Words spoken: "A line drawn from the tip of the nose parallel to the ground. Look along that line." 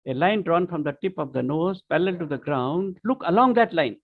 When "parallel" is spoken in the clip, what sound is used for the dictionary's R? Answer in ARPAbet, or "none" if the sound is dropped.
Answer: L